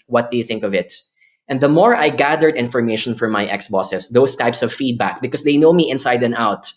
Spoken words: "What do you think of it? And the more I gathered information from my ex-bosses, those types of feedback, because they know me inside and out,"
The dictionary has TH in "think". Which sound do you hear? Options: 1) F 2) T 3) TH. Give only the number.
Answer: 3